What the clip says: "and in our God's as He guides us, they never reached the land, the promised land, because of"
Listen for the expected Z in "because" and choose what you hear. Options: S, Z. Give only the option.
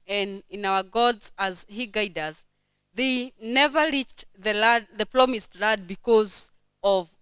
Z